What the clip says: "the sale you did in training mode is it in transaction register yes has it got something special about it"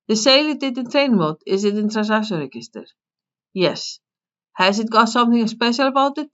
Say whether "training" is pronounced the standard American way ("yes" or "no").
no